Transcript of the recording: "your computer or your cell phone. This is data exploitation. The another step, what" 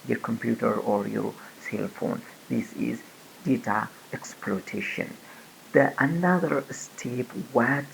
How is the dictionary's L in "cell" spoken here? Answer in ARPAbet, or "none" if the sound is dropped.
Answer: L